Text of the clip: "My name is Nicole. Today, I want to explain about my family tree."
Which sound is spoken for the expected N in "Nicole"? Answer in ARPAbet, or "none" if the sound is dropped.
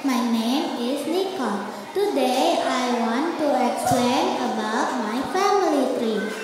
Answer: L